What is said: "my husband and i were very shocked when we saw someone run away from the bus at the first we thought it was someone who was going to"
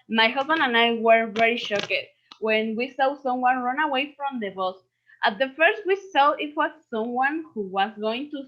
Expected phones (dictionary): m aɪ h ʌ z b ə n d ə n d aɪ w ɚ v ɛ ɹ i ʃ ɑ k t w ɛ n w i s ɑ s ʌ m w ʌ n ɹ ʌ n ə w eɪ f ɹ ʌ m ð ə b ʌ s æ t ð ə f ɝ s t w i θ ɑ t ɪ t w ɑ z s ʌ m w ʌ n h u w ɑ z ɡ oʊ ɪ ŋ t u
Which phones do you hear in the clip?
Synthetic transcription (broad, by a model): m aɪ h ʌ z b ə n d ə n aɪ w ɚ v ɛ ɹ i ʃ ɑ k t w ɛ n w i s ɑ s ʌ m w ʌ n ɹ ʌ n ə w eɪ f ɹ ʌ m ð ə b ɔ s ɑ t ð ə f ɝ s t w i s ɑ ɪ t w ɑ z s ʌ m w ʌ n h u w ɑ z ɡ oʊ ɪ ŋ t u